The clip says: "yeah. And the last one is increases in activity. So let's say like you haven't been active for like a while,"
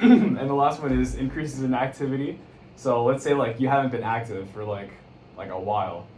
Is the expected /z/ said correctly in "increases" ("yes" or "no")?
yes